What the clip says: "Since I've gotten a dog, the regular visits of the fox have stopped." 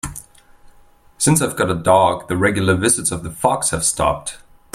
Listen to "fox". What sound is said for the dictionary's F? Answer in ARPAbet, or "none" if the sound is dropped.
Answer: F